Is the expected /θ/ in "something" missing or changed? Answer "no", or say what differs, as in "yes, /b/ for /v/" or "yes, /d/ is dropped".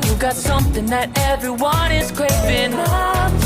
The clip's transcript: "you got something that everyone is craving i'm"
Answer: no